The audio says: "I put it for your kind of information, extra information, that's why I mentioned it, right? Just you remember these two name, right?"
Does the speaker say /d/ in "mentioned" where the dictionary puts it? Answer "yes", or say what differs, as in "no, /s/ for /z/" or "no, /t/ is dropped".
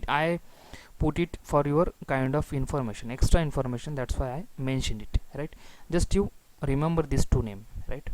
yes